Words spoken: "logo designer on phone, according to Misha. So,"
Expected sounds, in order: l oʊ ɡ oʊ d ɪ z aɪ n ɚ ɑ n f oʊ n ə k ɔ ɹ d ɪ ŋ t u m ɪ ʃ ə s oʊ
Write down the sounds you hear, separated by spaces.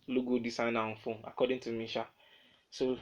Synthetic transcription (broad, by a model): l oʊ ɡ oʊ d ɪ s aɪ n ɑ n f oʊ n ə k ɔ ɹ d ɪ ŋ t u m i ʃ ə s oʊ